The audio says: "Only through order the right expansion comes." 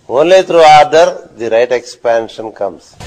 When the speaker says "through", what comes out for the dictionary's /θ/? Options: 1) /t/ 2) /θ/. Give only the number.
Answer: 1